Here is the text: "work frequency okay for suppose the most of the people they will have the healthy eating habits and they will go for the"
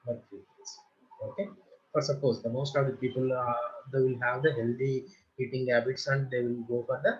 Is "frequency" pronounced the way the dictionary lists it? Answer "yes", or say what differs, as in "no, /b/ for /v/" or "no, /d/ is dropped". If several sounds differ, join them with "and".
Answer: no, /n/ is dropped